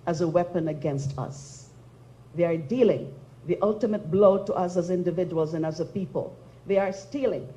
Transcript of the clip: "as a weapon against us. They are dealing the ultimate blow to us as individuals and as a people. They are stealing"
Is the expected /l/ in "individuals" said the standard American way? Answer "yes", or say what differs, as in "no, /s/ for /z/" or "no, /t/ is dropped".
yes